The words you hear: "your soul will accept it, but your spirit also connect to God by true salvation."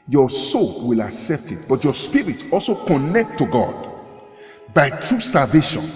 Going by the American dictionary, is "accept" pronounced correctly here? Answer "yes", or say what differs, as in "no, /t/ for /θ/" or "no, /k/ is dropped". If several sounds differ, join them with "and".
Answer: yes